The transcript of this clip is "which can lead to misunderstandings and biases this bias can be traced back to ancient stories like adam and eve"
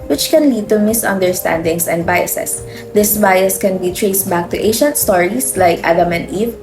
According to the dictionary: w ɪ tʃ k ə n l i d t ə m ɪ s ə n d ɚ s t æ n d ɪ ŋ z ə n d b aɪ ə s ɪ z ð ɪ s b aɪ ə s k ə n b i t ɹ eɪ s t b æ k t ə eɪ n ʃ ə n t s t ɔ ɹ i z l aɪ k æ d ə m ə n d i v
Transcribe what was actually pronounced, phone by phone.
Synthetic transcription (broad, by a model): w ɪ tʃ k ə n l i d t ə m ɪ s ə n d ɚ s t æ n d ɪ ŋ s ə n d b aɪ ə s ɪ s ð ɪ s b aɪ ə s k ə n b i t ɹ eɪ s t b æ k t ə eɪ ʃ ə n t s t ɔ ɹ i s l aɪ k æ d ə m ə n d i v